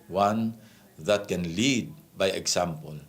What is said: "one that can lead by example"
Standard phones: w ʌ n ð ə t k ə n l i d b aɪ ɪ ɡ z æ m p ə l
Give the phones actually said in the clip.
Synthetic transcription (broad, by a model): w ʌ n ð ə t k ə n l i d b aɪ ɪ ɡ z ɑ m p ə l